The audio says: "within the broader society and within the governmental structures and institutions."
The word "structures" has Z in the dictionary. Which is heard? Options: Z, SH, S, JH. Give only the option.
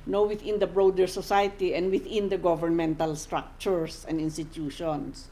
S